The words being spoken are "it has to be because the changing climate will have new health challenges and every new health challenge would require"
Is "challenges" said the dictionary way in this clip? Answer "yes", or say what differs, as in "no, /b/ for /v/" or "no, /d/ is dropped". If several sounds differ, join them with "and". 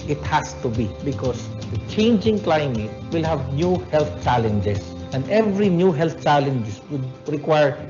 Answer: no, /s/ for /z/